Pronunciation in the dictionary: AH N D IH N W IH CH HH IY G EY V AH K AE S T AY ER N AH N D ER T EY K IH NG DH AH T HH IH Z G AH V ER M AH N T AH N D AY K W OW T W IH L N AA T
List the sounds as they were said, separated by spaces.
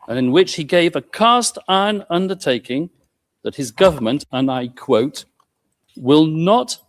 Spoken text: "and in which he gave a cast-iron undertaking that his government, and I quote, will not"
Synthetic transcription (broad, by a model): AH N IH N W IH CH HH IY G EY V AH K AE S T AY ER N AH N D ER T EY K IH NG DH AH T HH IH Z G AH V ER M AH N T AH N AY K W OW T W IH L N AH T